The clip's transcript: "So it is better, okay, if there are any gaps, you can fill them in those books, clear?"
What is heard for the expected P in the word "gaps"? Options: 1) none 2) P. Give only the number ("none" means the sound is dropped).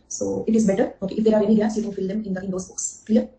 1